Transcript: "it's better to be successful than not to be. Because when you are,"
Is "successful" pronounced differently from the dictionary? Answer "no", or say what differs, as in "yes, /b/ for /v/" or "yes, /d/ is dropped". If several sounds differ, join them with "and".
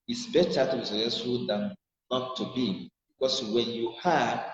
yes, /s/ is dropped and /f/ is dropped